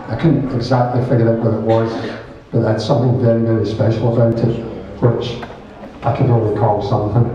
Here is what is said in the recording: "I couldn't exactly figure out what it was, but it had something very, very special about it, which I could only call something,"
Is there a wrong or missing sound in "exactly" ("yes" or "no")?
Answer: no